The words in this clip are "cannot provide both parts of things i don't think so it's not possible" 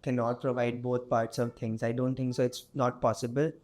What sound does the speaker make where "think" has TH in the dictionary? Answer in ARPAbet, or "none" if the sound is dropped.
T